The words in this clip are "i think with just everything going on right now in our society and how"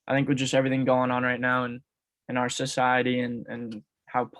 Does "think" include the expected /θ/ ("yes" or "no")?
yes